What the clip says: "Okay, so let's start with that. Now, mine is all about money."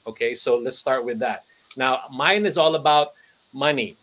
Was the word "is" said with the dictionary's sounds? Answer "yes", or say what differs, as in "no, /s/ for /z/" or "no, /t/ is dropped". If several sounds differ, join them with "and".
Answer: yes